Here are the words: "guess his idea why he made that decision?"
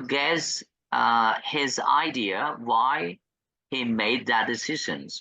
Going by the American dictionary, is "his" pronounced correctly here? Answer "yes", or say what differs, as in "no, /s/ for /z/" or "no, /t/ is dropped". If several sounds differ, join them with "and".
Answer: yes